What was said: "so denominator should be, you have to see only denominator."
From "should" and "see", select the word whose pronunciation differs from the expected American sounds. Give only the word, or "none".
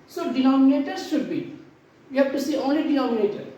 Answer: none